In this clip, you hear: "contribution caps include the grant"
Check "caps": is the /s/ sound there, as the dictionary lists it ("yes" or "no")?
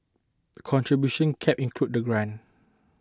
no